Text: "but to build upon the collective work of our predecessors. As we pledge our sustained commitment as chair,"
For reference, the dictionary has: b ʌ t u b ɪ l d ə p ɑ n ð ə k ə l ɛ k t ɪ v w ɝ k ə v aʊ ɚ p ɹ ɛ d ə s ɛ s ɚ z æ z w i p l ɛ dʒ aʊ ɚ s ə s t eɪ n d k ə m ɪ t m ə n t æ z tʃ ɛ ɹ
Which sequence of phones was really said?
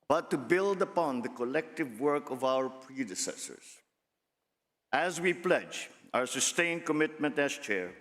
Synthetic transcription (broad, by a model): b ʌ t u b ɪ l d ə p ɑ n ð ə k ə l ɛ k t ɪ v w ɝ k ə v aʊ ɚ p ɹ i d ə s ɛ s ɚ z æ z w i p l ɛ dʒ aʊ ɚ s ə s t eɪ n k ə m ɪ t m ə n t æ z tʃ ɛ ɹ